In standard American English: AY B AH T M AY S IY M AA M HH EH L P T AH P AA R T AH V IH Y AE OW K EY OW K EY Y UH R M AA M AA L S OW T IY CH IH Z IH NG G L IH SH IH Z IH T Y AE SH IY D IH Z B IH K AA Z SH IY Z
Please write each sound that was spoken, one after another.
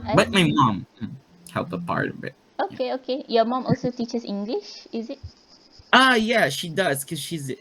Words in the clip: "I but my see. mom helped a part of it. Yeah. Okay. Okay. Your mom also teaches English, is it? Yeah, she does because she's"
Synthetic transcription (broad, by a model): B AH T M AY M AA M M HH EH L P AH P AA R T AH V IH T OW K EY OW K EY Y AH M AA M AA L S OW T IY CH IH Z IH NG G L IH SH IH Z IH T Y AE SH IY D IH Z K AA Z SH IY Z